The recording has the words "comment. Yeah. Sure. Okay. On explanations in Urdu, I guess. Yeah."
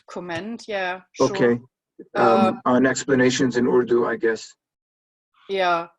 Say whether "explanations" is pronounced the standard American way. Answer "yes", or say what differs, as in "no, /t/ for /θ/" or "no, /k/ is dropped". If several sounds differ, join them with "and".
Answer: yes